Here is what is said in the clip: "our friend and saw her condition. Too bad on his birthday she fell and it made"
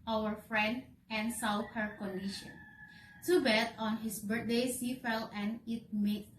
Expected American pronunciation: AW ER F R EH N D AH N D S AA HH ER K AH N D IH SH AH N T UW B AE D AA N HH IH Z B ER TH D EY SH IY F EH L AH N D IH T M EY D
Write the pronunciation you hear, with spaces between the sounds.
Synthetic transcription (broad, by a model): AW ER F R EH N D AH N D S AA HH ER K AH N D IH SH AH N T UW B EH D AA N HH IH S B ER T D EY S IY F EH L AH N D IH T M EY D